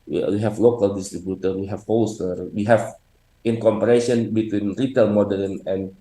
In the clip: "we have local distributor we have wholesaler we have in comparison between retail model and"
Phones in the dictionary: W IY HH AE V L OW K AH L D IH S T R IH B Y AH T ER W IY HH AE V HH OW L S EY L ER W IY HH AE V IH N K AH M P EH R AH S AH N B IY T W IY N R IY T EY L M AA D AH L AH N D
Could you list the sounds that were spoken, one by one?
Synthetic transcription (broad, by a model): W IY HH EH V L OW K AH L D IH S T R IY B Y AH T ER W IY HH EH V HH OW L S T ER W IY HH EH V IH N K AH M P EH R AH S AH N B IY T W IY N R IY T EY L M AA D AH N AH N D